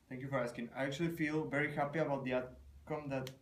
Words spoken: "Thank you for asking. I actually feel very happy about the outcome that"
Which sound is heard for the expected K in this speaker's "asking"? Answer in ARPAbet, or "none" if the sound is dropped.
K